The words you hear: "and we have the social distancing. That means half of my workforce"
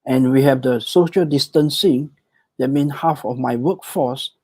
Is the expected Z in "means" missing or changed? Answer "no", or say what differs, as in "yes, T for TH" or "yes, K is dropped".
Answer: yes, Z is dropped